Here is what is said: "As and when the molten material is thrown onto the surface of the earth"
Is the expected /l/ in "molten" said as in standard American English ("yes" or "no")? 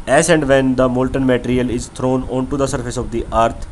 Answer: yes